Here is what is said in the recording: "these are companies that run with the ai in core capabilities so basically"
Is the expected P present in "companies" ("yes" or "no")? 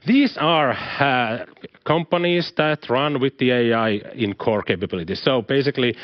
yes